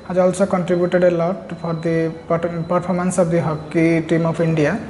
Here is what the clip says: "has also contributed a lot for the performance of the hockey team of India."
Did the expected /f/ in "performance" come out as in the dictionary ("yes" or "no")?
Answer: no